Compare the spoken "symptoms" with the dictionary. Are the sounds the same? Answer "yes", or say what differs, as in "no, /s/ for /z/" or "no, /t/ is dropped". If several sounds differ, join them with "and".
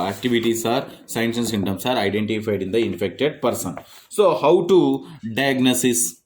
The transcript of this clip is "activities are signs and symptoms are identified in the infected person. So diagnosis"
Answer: no, /p/ is dropped and /s/ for /z/